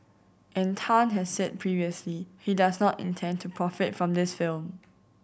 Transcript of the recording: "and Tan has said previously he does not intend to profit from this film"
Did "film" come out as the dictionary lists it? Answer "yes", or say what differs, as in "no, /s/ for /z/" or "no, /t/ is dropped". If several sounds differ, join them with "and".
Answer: yes